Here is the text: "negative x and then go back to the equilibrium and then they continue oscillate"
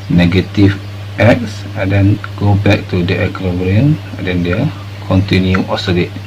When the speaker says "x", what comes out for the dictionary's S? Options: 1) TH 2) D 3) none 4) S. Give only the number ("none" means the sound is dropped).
4